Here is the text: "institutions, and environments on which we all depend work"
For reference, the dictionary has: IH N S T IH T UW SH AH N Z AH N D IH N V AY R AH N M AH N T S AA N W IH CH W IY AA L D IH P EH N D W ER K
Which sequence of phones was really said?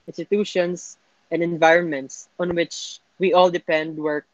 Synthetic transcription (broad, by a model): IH N S T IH T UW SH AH N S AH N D IH N V AY R AH N M AH N T S AA N W IH CH W IY AA L D IH P EH N D W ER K